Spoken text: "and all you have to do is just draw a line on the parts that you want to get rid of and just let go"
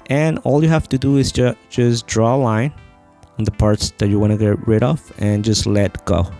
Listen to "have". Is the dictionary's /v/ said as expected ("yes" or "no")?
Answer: no